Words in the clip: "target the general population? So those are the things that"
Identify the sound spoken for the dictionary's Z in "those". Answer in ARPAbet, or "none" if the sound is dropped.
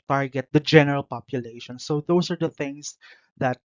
S